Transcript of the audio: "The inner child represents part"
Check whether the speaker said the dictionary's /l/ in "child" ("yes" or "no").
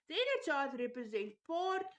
no